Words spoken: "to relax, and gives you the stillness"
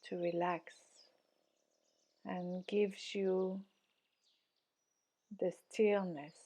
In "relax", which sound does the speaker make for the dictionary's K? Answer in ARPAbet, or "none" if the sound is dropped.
K